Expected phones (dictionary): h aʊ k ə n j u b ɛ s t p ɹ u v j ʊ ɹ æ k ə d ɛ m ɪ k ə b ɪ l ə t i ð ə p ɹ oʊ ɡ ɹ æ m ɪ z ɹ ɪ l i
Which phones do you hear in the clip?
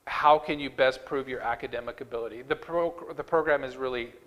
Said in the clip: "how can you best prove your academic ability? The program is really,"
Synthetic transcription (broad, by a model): h aʊ k ə n j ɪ b ɛ s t p ɹ u v j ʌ ɹ æ k ə d ɛ m ɪ k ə b ɪ l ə t i ð ə p ɹ oʊ ɡ ɹ æ m ɪ z ɹ ɪ l i